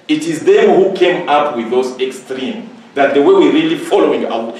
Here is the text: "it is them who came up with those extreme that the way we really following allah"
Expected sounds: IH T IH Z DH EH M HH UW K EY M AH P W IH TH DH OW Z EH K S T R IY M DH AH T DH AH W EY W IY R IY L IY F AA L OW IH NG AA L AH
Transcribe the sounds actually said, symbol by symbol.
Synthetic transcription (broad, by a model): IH T IH Z DH EH M HH UW K EY M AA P W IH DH OW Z EH K S T R IY M DH AH T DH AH W EY W IY R IY L IY F AA L OW IH NG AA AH